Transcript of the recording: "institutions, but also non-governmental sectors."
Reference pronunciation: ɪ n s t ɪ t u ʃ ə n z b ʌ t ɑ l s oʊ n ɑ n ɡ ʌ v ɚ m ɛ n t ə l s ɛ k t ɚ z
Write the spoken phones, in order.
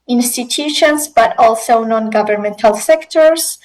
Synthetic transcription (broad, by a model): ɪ n s t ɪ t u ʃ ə n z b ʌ t ɑ l s oʊ n ɑ n ɡ ʌ v ɚ m ɛ n t ə l s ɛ k t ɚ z